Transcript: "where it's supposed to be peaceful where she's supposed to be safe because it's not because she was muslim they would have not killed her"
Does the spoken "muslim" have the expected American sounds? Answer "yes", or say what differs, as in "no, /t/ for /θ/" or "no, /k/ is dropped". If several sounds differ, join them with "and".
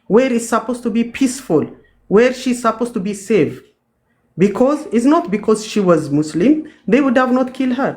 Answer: no, /s/ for /z/